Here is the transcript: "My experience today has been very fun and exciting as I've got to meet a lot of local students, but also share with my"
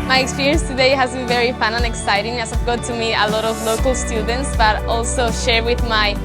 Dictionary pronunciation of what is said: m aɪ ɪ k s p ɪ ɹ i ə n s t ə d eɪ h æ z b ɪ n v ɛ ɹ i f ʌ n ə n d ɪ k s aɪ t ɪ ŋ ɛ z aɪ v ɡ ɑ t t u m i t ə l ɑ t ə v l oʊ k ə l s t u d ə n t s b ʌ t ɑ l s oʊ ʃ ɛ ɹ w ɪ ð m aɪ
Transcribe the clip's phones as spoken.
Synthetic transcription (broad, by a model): m aɪ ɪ k s p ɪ ɹ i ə n s t ə d eɪ h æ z b ɪ n v ɛ ɹ i f ʌ n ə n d ɪ k s aɪ t ɪ ŋ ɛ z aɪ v ɡ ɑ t t u m i ə l ɑ t ə v l oʊ k ə l s t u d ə n t s b ʌ t ɑ l s oʊ ʃ ɛ ɹ w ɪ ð m aɪ